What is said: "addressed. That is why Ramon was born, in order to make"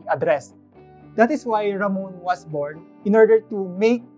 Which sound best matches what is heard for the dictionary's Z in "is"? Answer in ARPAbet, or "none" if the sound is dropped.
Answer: S